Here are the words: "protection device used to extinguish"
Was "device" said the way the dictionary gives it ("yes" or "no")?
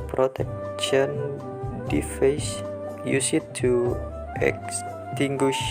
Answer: no